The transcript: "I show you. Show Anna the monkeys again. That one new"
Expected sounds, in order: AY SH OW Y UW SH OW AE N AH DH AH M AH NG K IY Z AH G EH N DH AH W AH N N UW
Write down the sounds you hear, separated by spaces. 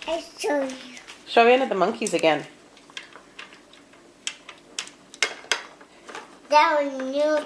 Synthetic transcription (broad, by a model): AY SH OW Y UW SH OW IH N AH DH AH M AH NG K IY Z AH G EH N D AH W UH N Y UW